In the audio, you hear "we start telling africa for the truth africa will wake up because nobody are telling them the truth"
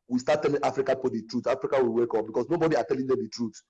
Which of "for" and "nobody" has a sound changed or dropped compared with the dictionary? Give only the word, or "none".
for